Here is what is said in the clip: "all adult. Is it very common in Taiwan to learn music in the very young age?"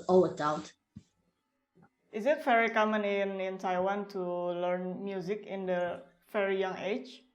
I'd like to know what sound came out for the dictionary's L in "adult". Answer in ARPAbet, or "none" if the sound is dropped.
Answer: W